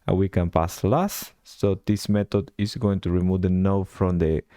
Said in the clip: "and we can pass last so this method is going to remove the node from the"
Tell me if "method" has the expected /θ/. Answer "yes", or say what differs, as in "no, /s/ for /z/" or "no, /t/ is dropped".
no, /t/ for /θ/